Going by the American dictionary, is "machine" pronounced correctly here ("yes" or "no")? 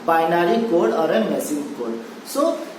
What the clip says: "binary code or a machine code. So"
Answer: no